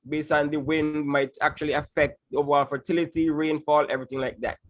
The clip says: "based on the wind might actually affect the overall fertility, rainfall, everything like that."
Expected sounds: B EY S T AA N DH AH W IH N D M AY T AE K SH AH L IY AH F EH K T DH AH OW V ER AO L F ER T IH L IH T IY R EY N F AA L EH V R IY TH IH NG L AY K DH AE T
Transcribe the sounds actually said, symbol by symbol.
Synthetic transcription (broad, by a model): B EY S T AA N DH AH W IH N D M AY T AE K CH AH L IY AH F EH K T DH OW V ER AO L F ER T IH L IH T IY R EY N F AA L EH V R IY TH IH NG L AY K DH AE T